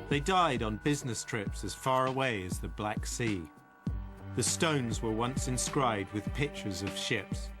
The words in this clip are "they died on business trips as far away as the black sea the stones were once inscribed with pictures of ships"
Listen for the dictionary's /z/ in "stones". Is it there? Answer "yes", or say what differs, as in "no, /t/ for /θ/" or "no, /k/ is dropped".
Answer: yes